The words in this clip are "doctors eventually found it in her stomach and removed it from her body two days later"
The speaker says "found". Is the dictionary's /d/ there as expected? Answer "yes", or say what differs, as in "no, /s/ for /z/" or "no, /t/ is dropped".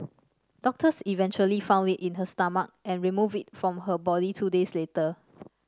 yes